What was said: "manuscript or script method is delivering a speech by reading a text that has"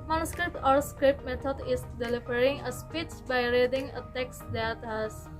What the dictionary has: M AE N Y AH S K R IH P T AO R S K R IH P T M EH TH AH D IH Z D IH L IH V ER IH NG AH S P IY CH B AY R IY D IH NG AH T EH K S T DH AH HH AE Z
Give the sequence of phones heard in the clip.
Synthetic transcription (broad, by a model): M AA N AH S K R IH P T AO R S K R IH P T M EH T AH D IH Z D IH L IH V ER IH NG AH S P IY CH B AY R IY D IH NG AH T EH K S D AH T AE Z